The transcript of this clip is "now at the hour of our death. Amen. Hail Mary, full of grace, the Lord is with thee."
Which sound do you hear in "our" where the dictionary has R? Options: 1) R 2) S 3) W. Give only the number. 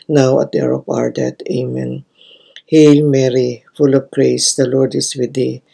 1